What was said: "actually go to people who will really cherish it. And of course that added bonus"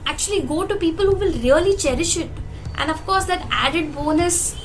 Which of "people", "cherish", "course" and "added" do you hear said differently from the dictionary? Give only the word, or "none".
none